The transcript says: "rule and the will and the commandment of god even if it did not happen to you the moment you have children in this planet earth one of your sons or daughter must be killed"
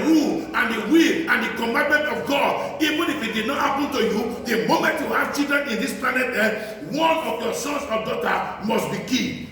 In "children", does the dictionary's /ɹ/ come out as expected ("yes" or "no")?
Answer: no